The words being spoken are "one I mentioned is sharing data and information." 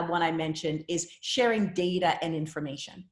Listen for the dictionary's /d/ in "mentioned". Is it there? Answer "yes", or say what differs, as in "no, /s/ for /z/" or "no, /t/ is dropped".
yes